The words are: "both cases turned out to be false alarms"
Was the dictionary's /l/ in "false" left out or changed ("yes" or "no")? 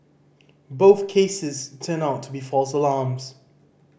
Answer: no